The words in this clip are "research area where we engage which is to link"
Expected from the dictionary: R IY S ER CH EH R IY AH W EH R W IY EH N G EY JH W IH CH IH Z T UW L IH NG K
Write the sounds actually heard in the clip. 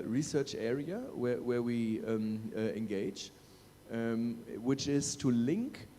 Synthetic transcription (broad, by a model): R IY S ER CH EH R IY AH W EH W W IY EH N G EY JH W IH CH IH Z T UW L IH NG K